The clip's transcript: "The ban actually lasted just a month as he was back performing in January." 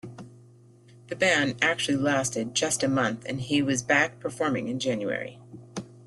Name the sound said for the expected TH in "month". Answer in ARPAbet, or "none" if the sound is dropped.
TH